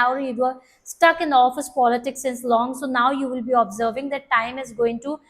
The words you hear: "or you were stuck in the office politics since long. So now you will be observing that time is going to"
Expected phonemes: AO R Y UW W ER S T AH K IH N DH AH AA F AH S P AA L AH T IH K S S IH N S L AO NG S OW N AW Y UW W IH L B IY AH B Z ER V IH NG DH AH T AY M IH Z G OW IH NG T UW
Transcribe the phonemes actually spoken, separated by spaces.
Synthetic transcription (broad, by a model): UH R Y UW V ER S T AH K IH N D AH AA F AH S P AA L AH T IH K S S IH N S L AO NG S OW N AW Y UW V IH L B IY AH B Z ER V IH NG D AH T AY M IH Z G OW IH NG T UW